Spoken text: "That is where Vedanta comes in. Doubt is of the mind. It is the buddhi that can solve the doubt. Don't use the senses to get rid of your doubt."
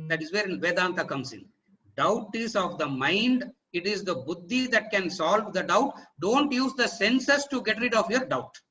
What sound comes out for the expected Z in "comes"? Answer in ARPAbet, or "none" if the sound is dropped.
S